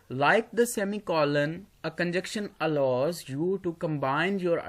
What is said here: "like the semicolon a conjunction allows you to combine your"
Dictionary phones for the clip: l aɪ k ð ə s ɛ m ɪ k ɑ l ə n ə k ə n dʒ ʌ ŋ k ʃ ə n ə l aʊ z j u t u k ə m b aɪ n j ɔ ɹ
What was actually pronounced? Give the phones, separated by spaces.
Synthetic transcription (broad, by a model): l aɪ k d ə s ɛ m ɪ k ɑ l ə n ə k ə n dʒ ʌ k ʃ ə n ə l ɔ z j u t u k ə m b aɪ n j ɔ ɹ